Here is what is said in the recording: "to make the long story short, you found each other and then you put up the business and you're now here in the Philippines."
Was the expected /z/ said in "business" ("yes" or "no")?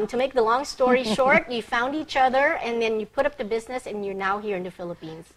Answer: yes